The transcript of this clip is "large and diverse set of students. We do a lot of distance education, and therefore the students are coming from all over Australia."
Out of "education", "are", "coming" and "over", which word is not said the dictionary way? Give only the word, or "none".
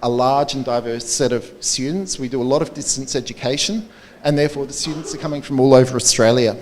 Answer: none